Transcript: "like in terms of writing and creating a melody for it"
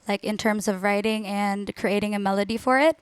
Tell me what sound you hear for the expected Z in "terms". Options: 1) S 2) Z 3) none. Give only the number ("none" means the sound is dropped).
2